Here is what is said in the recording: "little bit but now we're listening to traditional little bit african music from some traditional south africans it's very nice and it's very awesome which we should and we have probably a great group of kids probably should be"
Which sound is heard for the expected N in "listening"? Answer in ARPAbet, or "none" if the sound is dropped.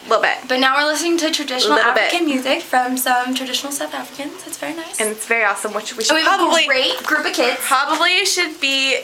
N